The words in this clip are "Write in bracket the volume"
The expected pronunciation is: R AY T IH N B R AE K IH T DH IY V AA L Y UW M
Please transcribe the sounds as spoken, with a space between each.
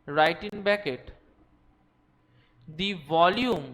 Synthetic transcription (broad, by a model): R AY T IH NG B EH K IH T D IY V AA L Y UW M